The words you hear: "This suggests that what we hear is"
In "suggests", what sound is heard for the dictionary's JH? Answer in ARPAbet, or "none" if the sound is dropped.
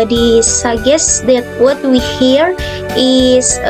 none